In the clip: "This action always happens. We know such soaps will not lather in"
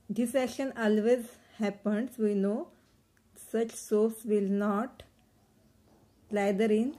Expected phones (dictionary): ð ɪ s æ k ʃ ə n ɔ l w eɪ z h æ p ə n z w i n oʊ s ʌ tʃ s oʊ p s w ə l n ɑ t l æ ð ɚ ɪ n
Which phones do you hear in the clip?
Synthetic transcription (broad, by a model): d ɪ s æ k ʃ ə n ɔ l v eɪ z h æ p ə n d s i n oʊ s ʌ tʃ s oʊ f s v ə l n ɑ t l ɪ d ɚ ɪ n